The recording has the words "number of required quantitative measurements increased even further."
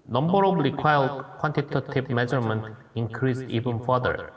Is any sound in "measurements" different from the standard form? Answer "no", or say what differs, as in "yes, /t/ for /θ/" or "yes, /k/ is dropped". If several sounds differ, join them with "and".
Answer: yes, /s/ is dropped